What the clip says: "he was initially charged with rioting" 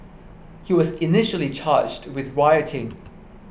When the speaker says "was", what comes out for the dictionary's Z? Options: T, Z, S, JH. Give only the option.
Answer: Z